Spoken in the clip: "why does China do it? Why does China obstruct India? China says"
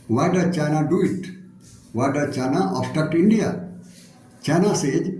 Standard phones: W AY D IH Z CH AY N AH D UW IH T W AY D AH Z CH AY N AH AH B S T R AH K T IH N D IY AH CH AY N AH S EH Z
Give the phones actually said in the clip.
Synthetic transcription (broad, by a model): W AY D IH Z CH AY N AH D UW IH T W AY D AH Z CH AY N AH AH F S T AH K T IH N D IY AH CH AY N AH S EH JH